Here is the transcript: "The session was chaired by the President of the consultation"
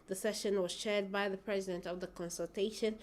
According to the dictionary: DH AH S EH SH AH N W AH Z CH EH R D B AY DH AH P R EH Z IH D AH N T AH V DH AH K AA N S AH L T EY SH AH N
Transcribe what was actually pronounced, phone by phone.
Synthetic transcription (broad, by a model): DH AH S EH SH AH N W AH Z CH EH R D B AY DH AH P R EH Z IH D AH N T AH V DH AH K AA N S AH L T EY SH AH N